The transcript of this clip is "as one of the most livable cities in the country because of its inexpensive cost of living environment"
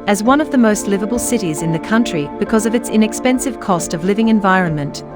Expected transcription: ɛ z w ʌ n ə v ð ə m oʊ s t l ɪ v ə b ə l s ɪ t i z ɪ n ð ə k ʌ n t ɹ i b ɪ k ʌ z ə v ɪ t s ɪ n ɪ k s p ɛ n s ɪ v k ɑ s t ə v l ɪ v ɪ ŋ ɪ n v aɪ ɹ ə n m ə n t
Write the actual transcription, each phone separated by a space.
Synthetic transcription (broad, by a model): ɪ z w ʌ n ə v ð ə m oʊ s t l ɪ v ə b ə l s ɪ t i z ɪ n ð ə k ʌ n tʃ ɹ i b ɪ k ʌ z ə v ɪ t s ɪ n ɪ k s p ɛ n s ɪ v k ɑ s t ə v l ɪ v ɪ ŋ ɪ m v aɪ ɹ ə n m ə n t